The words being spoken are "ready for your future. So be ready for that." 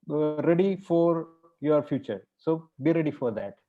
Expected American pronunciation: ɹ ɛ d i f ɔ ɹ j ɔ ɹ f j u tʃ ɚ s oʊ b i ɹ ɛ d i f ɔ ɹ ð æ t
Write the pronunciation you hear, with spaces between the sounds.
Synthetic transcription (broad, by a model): ɹ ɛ d i f ɔ ɹ j ɔ ɹ f j u tʃ ɚ s oʊ b i ɹ ɛ d i f ɔ ɹ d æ t